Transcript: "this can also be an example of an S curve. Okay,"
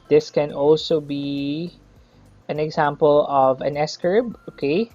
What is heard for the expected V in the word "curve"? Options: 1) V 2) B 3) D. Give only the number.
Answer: 2